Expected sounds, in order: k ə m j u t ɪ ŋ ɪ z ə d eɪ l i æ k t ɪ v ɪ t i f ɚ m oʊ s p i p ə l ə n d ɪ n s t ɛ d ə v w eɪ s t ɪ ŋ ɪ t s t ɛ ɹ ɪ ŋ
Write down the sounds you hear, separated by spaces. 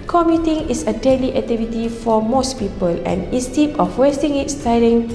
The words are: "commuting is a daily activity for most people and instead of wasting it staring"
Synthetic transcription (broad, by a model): k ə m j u t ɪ ŋ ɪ s ə d eɪ l i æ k t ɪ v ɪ t i f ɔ m oʊ s p i p ə l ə n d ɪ s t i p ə f w eɪ s t ɪ ŋ ɪ t s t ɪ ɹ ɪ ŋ